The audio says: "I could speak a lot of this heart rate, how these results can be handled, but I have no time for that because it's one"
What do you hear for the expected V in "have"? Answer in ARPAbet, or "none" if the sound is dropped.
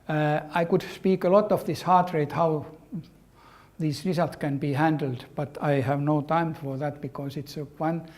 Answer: V